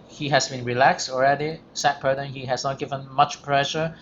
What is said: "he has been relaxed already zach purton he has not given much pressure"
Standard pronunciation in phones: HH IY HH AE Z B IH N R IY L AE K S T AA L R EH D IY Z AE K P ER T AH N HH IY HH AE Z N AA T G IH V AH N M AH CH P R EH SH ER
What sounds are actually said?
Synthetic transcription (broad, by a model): HH IY HH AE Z B IH N R IY L AE K S T AA L R EH D IY S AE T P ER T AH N HH IY HH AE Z N AA T G IH V AH N M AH CH P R EH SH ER